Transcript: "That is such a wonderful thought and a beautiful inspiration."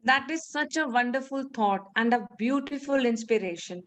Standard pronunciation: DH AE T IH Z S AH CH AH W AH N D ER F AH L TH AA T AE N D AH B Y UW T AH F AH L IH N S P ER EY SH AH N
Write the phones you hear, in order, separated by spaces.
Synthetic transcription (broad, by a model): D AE T IH Z S AH CH AH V AH N D ER F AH L T AA T AE N D AH B Y UW T AH F AH L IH N S P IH EY SH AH N